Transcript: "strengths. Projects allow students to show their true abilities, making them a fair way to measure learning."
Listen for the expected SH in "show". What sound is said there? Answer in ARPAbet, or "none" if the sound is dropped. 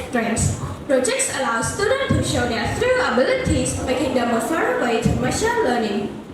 SH